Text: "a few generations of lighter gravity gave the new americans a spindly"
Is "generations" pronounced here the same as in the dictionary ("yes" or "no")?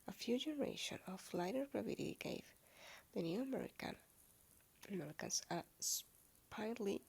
no